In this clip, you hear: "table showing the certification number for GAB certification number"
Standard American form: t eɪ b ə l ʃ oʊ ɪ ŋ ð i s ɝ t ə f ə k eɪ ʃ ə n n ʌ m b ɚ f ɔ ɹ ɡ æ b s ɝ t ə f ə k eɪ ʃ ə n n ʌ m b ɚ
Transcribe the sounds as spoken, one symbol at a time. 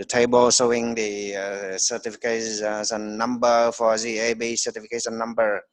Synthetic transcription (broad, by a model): t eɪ b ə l s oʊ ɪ ŋ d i s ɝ t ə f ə k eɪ s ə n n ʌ m b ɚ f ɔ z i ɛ b s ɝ t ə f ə k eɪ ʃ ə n n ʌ m b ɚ